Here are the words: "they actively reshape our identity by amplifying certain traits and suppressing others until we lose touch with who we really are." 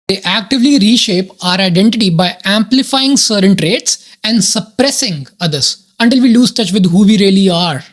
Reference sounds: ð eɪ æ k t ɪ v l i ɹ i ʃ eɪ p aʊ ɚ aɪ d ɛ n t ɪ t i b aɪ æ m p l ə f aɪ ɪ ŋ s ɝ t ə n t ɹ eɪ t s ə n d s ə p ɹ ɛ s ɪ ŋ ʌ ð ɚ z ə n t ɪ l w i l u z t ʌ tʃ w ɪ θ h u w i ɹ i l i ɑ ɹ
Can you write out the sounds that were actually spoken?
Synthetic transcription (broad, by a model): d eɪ æ k t ɪ v l i ɹ i ʃ eɪ p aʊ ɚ aɪ d ɛ n t ɪ t i b aɪ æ m p l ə f aɪ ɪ ŋ s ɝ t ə n t ɹ eɪ t s ə n d s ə p ɹ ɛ s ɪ ŋ ʌ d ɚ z ə n t ɪ l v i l u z t ʌ tʃ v ɪ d h u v i ɹ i l i ɑ ɹ